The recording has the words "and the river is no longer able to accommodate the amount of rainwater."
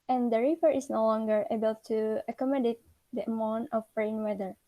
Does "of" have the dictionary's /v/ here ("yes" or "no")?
no